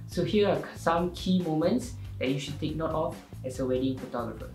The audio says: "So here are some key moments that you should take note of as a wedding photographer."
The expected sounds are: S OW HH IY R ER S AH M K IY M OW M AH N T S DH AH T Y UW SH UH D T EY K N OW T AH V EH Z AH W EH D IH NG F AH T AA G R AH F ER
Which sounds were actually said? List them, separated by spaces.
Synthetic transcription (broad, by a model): S OW HH IY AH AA S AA M K IY M OW M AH N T S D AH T Y UW SH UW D T EY K N OW T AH F EH S AH W EH D IH NG F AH T AA G R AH F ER